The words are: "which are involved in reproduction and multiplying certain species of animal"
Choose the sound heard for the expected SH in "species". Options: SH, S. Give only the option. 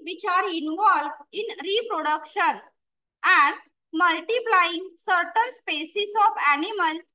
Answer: S